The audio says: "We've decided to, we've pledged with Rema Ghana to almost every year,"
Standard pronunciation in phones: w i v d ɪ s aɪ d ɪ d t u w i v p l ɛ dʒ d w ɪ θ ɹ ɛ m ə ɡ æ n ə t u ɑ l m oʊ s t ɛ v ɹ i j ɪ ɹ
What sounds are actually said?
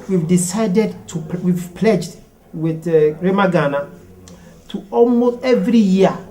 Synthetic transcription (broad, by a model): w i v d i s aɪ d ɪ d t u w i v p l ɛ dʒ d w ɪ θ ɹ ɛ m ə ɡ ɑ n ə t u ɑ l m oʊ s t ɛ v ɹ i j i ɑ